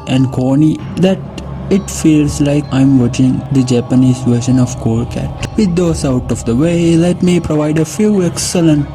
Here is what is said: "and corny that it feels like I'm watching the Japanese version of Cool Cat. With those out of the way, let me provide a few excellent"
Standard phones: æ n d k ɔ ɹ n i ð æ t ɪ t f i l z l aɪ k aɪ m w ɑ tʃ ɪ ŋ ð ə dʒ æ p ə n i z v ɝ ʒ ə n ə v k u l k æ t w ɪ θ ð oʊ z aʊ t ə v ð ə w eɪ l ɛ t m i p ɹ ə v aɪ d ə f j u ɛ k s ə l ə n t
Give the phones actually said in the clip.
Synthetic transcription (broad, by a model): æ n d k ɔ n i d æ t ɪ t f i l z l aɪ k aɪ m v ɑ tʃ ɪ ŋ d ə dʒ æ p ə n i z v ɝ ʃ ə n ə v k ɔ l k æ t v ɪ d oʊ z aʊ t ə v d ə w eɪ l ɛ t m i p ɹ ə v aɪ d ə f j u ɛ k s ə l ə n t